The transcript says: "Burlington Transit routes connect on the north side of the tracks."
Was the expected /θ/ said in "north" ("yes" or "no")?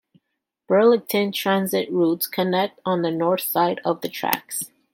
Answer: yes